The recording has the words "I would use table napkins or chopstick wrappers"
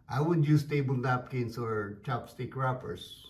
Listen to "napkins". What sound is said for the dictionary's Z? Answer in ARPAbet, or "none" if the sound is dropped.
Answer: S